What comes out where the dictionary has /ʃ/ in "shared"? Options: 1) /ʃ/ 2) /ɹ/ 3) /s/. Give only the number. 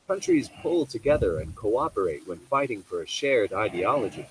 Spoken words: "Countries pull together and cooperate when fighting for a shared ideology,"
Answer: 1